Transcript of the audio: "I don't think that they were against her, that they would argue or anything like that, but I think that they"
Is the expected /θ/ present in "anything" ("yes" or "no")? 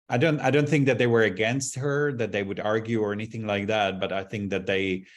yes